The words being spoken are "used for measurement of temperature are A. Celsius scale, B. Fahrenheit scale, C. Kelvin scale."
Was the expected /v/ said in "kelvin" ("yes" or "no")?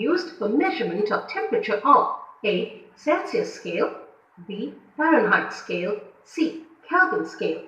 no